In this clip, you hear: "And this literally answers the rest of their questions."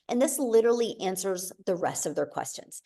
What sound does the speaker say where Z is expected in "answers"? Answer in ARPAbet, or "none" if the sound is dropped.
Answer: Z